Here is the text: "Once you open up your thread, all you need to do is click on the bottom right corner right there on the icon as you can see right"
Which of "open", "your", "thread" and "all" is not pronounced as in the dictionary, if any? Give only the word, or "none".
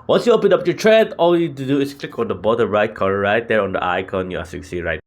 thread